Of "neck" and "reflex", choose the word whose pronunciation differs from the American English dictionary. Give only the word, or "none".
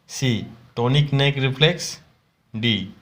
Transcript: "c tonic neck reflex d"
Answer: reflex